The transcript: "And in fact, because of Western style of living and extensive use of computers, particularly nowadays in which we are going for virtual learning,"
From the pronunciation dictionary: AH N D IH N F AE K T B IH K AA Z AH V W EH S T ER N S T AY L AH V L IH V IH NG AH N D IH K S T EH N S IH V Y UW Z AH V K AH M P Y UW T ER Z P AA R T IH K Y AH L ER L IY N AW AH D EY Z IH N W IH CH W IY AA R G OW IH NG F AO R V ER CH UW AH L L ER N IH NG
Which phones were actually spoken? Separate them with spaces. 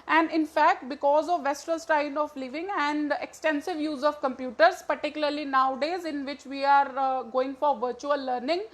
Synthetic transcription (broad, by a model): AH N D IH N F AE K T B IH K AA Z AH V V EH S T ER L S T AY N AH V L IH V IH NG AH N D IH K S T EH N S IH V Y UW Z AH V K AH M P Y UW T ER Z P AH R T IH K Y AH L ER L IY N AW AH D EY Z IH N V IH CH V IY AA R G OW IH NG F AO R V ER CH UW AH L L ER N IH NG